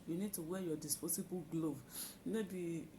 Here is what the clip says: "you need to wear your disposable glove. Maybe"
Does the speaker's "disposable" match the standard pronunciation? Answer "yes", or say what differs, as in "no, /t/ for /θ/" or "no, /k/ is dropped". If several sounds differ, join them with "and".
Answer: no, /s/ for /z/